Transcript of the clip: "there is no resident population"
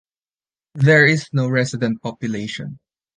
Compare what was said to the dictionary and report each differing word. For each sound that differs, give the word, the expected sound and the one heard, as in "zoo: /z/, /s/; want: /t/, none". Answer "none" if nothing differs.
resident: /z/, /s/